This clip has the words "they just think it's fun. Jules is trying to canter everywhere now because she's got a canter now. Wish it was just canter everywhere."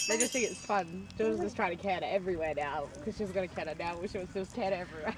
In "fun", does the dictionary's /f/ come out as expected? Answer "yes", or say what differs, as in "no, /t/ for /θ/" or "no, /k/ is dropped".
yes